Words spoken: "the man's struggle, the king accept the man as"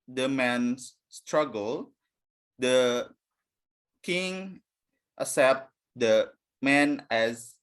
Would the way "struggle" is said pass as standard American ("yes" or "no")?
yes